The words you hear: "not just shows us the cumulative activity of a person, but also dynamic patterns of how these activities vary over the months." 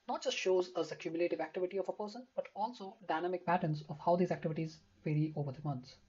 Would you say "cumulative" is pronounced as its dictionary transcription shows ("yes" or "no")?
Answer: yes